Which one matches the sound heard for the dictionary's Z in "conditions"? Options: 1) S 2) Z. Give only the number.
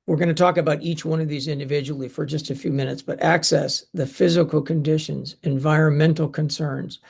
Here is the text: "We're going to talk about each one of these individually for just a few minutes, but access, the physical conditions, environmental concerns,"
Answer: 2